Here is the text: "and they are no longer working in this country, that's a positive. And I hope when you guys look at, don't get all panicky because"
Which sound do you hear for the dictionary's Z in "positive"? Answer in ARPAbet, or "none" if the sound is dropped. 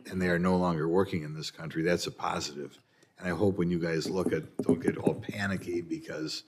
Z